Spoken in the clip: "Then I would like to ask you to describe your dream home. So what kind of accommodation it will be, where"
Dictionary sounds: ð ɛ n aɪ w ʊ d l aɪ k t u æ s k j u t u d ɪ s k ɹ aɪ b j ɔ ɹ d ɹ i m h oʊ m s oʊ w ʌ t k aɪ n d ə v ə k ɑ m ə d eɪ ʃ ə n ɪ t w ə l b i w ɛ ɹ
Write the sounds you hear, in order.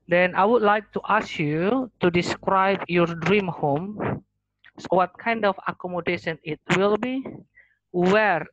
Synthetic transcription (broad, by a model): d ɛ n aɪ w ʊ d l aɪ k t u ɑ s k j u t u d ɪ s k ɹ aɪ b j ɔ ɹ d ɹ i m h oʊ m s oʊ w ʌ t k aɪ n d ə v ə k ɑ m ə d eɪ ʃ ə n ɪ t w ə l b i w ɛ ɹ